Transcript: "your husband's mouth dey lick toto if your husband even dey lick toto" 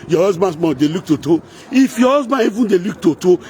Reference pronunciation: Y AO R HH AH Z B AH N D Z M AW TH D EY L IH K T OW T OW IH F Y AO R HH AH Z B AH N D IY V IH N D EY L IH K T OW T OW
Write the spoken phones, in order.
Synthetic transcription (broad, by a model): Y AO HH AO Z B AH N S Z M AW D EY L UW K T OW T OW IH F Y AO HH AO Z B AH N IY V IH N D EY L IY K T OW T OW